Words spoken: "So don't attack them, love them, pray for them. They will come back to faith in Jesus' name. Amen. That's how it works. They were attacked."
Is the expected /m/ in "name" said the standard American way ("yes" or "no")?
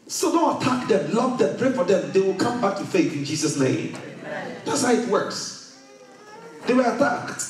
no